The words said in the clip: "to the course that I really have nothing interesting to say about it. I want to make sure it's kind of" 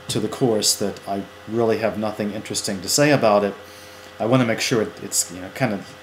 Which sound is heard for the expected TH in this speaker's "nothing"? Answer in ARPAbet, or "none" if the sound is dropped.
TH